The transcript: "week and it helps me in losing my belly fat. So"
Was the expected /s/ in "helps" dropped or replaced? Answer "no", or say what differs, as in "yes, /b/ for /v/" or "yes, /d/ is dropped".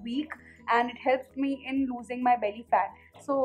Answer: no